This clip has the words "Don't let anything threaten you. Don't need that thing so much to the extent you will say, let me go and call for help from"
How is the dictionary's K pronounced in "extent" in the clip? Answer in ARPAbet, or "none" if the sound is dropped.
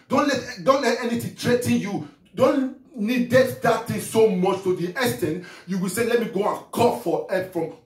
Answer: none